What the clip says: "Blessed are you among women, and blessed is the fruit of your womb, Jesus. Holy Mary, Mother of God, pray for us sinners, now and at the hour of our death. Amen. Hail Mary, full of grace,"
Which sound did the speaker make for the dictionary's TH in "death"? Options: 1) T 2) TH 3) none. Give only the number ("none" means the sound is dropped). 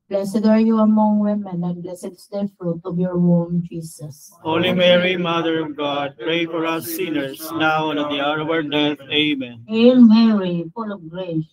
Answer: 1